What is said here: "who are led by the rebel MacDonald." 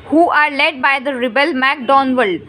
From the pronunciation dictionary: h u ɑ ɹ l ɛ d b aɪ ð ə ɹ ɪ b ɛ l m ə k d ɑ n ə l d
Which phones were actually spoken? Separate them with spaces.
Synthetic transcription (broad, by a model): h u ɑ ɹ l ɛ d b aɪ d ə ɹ ɪ b ɛ l m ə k d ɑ n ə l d